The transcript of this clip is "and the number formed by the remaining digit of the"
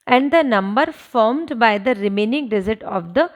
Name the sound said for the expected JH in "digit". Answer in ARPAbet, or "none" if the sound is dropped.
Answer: Z